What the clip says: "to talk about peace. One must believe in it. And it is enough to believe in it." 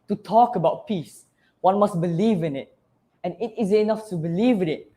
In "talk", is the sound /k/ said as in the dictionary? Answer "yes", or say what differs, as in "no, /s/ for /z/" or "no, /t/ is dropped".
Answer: yes